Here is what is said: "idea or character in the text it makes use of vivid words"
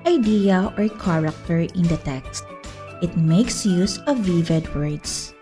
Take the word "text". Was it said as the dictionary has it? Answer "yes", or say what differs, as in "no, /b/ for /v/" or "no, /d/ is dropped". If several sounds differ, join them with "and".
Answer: yes